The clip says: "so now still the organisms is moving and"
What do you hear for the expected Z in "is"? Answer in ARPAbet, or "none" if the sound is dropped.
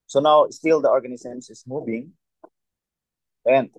S